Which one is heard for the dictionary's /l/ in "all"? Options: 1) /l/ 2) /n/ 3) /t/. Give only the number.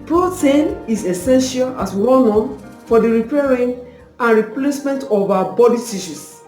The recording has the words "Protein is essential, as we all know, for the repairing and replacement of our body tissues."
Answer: 2